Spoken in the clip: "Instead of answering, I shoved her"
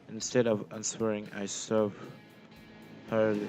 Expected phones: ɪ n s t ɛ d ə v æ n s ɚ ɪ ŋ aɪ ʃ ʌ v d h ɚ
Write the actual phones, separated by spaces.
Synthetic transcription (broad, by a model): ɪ n s t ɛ d ə v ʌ n s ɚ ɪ ŋ aɪ s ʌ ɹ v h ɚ